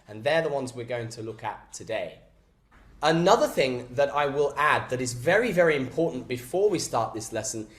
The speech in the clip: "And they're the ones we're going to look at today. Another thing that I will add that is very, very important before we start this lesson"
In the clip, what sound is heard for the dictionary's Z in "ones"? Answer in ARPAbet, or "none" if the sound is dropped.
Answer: Z